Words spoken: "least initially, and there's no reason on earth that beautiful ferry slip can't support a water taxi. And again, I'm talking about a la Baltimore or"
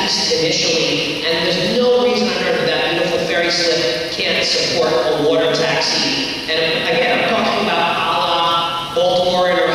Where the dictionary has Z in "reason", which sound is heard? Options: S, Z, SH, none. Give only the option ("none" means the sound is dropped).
Z